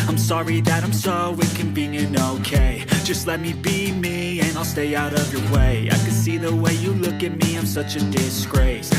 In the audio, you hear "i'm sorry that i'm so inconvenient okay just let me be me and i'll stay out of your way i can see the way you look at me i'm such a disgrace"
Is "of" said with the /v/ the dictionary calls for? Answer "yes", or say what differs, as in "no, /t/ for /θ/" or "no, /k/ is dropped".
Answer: yes